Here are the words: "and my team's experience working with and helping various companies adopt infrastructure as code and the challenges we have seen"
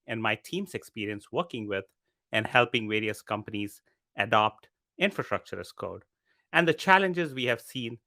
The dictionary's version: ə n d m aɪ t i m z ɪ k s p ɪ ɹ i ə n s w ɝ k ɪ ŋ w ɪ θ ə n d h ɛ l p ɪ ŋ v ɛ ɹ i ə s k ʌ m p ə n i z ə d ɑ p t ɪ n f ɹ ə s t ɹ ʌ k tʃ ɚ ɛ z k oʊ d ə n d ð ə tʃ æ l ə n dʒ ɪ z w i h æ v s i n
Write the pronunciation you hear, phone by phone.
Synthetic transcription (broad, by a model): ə n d m aɪ t i m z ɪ k s p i ɹ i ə n s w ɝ k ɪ ŋ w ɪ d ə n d h ɛ l p ɪ ŋ v ɛ ɹ i ə s k ʌ m p ə n i z ə d ɑ p t ɪ n f ɹ ə s t ɹ ʌ k tʃ ɚ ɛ s k oʊ d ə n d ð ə tʃ æ l ə n dʒ ɪ z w i h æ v s i n